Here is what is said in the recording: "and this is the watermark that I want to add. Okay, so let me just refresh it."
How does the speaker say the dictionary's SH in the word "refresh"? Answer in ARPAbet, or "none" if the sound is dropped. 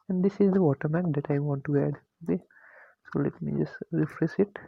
S